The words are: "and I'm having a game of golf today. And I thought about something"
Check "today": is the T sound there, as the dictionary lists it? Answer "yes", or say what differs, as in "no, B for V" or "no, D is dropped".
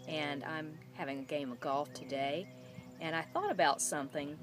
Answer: yes